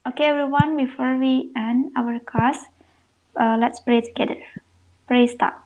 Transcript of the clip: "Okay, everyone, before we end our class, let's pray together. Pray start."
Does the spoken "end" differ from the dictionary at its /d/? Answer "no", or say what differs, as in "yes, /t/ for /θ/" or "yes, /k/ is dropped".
yes, /d/ is dropped